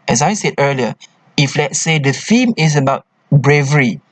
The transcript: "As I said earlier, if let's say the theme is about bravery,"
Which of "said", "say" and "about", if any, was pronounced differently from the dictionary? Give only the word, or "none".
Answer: none